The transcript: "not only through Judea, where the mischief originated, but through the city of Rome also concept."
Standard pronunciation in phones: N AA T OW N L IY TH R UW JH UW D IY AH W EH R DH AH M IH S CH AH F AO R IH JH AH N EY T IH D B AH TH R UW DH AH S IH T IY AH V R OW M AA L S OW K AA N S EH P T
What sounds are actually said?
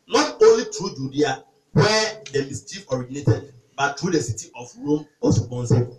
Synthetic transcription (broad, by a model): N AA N OW N L IY T R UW JH UW D IY AH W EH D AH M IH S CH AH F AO R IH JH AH N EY T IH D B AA T R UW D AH S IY T IY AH F R OW M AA S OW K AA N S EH